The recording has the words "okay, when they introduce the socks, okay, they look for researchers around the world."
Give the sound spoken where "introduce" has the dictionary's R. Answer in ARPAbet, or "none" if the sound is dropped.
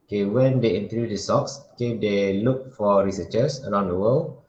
none